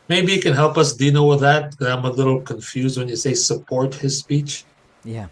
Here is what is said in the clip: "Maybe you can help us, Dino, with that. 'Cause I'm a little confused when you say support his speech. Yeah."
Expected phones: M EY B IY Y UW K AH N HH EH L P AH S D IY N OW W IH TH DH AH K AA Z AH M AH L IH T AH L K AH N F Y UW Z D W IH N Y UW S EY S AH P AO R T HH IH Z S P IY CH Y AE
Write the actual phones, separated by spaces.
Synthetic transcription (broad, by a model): M EY B IY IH K AH N HH EH L P AH S D IY N OW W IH DH AH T AA AH M AH L IH T L K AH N F Y UW Z D W IH N Y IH S EY S AH P AO R T HH IH Z S P IY CH Y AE